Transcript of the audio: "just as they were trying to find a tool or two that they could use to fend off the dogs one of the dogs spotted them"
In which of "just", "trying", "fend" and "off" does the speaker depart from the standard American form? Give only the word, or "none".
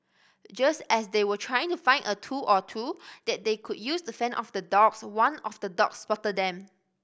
fend